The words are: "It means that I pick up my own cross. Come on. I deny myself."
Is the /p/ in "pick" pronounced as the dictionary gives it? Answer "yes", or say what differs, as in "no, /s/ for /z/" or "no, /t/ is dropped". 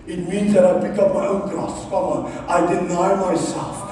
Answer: no, /b/ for /p/